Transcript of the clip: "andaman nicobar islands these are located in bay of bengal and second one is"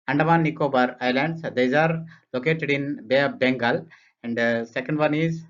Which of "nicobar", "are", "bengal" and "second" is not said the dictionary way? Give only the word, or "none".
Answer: none